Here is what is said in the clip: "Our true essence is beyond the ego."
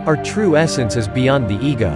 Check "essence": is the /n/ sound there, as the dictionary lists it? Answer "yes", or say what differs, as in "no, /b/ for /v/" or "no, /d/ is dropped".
yes